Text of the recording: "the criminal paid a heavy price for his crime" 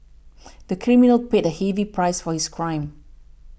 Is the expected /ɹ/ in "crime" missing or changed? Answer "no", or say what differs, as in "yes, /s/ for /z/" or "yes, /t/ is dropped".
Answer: no